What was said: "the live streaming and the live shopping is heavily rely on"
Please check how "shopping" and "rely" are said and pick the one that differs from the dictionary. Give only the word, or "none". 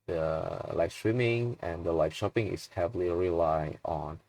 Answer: none